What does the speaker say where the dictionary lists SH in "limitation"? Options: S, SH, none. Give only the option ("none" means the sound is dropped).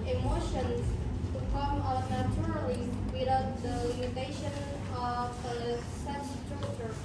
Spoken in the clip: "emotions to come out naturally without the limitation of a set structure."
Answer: SH